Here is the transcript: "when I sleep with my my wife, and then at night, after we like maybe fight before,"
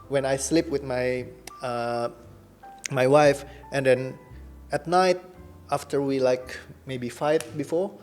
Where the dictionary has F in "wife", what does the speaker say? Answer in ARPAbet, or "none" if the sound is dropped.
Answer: F